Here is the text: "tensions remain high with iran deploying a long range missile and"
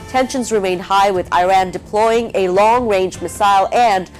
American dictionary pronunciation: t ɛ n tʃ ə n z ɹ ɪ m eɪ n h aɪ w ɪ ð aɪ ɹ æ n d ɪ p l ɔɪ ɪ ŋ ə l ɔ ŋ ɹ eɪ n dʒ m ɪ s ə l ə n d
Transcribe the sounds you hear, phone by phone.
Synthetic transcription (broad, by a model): t ɛ n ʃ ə n z ɹ ɪ m eɪ n h aɪ w ɪ ð aɪ ɹ æ n d ɪ p l ɔɪ ɪ ŋ ə l ɔ ŋ ɹ eɪ n dʒ m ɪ s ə l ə n